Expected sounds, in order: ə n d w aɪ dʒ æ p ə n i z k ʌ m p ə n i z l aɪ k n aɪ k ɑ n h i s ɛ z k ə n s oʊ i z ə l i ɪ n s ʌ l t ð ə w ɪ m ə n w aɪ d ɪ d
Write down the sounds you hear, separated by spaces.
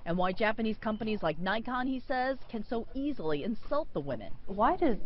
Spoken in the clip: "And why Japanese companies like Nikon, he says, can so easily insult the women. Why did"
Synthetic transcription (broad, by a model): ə n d w aɪ dʒ æ p ə n i z k ʌ m p ə n i z l aɪ k n aɪ k ɑ n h i s ɛ z k ə n s oʊ i z l i ɪ n s ʌ l t ð ə w ɪ m ə n w aɪ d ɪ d